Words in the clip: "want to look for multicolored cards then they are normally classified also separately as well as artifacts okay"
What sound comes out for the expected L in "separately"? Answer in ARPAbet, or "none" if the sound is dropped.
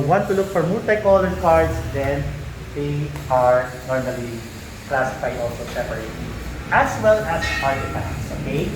none